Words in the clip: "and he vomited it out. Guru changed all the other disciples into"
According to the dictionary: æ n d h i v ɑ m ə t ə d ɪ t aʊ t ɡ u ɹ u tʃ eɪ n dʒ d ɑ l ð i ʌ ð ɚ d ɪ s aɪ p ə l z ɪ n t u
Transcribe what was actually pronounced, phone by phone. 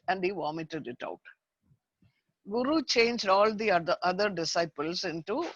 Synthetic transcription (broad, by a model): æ n d h i v ɑ m ə t ə d ɪ t aʊ t ɡ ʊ ɹ u tʃ eɪ n dʒ d ɑ l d i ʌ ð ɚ d ɪ s aɪ p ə l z ɪ n t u